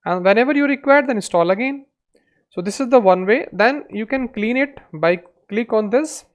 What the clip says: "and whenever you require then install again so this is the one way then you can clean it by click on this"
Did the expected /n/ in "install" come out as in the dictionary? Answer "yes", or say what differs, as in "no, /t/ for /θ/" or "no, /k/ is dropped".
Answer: no, /n/ is dropped